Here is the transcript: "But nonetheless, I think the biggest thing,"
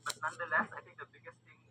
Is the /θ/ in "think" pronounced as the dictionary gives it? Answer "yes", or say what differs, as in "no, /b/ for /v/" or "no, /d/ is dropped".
no, /t/ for /θ/